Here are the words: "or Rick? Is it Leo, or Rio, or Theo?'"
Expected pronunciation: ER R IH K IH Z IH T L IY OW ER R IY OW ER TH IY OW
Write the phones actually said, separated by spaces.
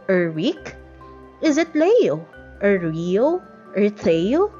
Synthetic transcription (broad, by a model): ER W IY K IH Z IH T L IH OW ER R IY OW ER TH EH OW